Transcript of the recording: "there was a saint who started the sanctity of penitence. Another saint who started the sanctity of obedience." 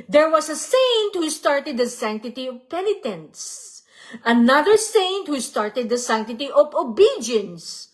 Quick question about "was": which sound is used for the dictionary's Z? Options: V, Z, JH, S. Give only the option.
S